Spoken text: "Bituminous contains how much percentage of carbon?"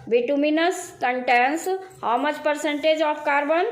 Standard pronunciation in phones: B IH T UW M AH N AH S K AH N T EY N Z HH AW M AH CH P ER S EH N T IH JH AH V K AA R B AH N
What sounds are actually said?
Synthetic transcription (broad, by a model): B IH T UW M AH N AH S K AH N T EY N S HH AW M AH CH P ER S EH N T IH JH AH P K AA R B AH N